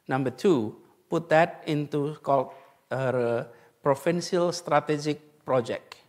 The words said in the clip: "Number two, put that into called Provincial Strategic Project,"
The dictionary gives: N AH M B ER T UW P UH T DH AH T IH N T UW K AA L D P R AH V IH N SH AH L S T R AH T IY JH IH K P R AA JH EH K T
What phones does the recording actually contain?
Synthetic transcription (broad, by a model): N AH M B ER T UW P UH T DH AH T IH N T UW K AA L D P R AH F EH N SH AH L S T R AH T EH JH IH K P R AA JH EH K